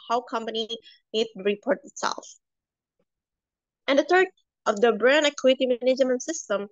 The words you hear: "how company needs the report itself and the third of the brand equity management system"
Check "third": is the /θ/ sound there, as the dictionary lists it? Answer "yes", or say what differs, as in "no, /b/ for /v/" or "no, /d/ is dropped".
no, /t/ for /θ/